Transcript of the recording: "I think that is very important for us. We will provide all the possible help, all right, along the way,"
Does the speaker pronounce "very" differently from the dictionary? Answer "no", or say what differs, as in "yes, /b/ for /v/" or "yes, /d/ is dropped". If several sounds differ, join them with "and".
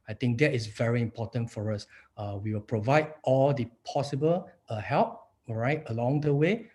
no